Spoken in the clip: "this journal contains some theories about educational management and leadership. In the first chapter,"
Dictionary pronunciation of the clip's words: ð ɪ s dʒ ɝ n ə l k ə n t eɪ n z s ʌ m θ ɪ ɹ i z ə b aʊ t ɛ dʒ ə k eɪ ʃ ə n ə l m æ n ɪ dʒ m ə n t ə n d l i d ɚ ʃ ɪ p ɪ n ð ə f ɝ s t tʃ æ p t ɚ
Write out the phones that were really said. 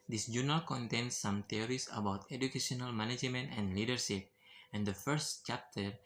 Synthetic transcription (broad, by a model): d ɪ s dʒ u n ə l k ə n t eɪ n s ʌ m t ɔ ɹ i s ə b aʊ t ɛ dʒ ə k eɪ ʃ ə n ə l m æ n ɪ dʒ m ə n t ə n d l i d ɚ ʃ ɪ p ɪ n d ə f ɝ s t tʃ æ p t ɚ